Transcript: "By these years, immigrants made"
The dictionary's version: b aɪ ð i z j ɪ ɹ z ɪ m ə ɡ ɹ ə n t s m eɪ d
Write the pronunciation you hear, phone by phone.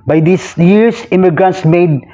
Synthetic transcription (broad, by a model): b aɪ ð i s j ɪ ɹ s ɪ m ə ɡ ɹ ə n t s m eɪ d